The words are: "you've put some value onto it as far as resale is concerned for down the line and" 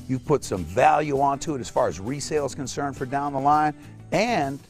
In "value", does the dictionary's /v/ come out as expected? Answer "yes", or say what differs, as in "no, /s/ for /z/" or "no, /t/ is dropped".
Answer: yes